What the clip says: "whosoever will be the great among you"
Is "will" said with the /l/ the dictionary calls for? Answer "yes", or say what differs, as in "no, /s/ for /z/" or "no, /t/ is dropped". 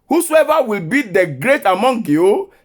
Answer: yes